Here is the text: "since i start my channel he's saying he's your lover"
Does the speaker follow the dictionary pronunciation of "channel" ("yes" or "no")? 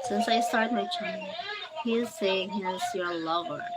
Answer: no